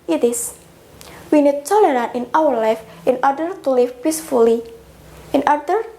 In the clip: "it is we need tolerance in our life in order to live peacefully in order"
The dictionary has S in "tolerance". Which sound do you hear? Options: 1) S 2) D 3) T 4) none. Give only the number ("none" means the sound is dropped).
4